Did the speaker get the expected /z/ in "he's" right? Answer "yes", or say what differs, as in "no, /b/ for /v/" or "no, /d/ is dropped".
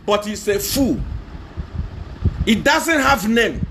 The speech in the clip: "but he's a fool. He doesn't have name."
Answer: no, /s/ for /z/